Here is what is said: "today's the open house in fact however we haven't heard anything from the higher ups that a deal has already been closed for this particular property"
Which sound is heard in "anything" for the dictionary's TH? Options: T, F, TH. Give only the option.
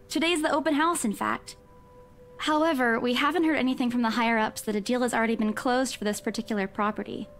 TH